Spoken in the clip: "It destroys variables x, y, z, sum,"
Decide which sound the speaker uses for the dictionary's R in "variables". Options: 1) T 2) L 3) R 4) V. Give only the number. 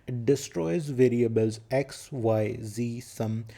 3